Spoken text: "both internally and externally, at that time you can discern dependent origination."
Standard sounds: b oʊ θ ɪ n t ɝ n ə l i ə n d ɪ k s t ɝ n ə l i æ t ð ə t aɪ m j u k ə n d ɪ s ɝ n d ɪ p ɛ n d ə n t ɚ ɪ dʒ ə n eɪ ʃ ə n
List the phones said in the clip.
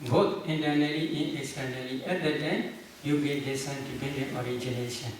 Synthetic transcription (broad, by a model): b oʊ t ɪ n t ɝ n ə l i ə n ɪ k s t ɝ n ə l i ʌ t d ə t aɪ m j u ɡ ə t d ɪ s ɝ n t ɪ b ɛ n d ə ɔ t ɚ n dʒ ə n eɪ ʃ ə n